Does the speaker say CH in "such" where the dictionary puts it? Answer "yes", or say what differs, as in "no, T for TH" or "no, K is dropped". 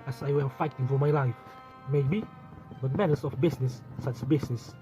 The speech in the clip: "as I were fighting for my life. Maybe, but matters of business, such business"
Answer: no, S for CH